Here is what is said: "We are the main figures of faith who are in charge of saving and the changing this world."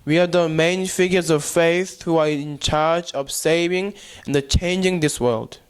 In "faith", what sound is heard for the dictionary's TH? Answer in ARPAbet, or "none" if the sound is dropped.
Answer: TH